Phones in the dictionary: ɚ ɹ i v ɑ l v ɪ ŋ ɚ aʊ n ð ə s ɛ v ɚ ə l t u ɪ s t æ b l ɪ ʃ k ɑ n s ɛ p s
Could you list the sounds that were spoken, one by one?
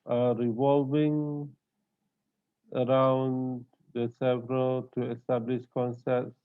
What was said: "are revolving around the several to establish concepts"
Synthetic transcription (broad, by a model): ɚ ɹ i v ɑ l v ɪ ŋ ɚ aʊ n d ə s ɛ v ɚ ə l t u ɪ s t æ b l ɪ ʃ k ɑ n s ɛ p s